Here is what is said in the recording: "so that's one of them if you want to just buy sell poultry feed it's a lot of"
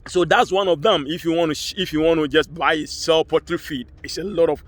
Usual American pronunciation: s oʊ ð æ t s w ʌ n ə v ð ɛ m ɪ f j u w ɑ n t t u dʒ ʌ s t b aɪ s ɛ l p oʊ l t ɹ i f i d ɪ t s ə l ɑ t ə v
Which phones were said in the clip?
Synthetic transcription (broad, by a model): s oʊ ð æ t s w ʌ n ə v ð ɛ m ɪ f j u w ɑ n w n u dʒ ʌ s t b aɪ s ɛ l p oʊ t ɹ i f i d ɪ t s ə l ɑ t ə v